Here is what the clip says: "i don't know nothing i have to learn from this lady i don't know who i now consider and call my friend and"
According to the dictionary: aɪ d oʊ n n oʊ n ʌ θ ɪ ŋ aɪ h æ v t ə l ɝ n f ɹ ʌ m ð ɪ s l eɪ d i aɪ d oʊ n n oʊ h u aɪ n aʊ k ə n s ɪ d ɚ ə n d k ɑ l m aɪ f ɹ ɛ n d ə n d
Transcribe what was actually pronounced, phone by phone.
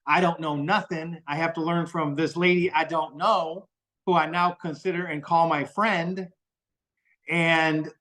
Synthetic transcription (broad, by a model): aɪ d oʊ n n oʊ n ʌ θ ɪ ŋ aɪ h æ f t ə l ɝ n f ɹ ʌ m ð ɪ s l eɪ d i aɪ d oʊ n n oʊ h u aɪ n aʊ k ə n s ɪ d ɚ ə n k ɑ l m aɪ f ɹ ɛ n d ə n